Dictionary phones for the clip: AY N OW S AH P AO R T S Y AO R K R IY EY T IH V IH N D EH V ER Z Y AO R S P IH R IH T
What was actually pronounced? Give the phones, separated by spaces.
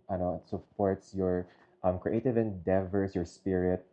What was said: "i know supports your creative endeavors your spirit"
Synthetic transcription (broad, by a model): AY N OW S AH P AO R T S Y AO R K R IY EY T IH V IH N D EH V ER S Y AO R S P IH R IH T